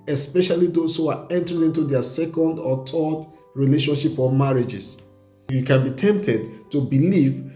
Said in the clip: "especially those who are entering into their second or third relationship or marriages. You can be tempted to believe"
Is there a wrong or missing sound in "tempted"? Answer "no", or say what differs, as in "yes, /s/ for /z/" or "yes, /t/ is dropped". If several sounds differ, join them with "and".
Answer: no